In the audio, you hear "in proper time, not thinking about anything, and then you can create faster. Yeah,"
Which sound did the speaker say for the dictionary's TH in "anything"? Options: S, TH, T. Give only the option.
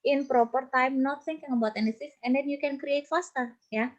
S